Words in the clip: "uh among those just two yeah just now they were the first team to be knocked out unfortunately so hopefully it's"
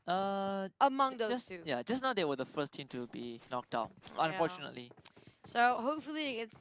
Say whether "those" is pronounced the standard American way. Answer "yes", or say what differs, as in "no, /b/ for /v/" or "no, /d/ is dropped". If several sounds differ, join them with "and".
no, /z/ is dropped